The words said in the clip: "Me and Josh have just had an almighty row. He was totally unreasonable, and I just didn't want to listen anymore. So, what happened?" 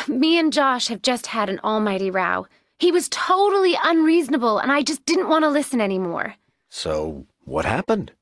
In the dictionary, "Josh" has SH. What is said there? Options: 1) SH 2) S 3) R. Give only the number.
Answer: 1